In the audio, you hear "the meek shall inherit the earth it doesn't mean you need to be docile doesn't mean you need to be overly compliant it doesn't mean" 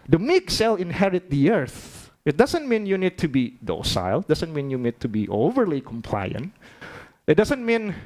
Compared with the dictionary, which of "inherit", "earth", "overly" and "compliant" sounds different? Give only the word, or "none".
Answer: none